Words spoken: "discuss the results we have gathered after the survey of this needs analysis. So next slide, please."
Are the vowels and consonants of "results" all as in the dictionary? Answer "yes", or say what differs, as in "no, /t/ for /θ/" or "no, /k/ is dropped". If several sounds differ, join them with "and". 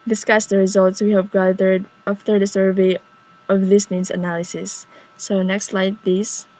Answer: yes